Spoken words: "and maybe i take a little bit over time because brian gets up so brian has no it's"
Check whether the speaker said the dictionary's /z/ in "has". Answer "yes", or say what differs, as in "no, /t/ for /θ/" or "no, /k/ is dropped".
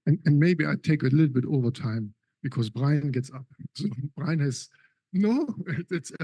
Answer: no, /s/ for /z/